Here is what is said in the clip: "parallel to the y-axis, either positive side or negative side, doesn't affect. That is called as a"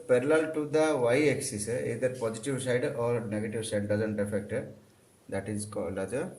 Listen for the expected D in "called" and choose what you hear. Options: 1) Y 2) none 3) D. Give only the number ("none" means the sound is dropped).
2